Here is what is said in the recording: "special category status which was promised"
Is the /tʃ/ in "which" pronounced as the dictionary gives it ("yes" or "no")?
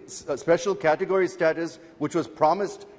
yes